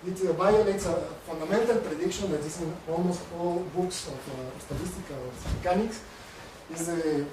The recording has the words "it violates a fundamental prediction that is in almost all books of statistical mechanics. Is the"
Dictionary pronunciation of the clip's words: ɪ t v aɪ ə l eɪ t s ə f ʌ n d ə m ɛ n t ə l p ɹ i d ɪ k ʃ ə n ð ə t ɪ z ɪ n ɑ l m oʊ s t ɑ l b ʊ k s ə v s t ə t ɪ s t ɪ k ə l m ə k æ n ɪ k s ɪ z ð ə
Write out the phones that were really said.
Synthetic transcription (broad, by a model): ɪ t b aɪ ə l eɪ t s ə f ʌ n d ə m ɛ n t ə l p ɹ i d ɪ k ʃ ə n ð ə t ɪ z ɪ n ɑ l m oʊ s t ɑ l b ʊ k s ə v s t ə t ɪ s t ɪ k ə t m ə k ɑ n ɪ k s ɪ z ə